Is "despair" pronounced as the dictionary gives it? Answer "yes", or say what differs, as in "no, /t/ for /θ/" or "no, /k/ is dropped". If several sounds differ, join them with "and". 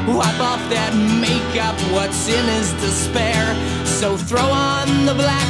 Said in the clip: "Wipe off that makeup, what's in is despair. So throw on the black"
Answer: yes